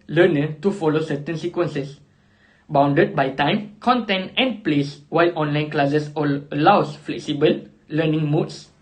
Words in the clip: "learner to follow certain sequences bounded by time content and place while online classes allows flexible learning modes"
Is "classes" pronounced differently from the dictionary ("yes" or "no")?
yes